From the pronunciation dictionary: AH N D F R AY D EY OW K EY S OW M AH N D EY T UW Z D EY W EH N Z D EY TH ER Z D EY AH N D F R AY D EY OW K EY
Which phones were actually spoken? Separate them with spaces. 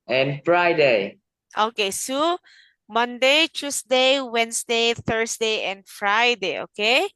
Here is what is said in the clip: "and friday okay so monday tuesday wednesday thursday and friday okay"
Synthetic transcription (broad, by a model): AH N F R AY D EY OW K EY S OW M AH N D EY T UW S D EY W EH N S D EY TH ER S D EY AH N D F R AY D EY OW K EY